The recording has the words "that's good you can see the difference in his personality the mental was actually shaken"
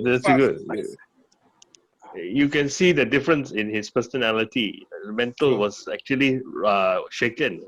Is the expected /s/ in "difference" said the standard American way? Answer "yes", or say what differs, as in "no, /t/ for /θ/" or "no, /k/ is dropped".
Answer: yes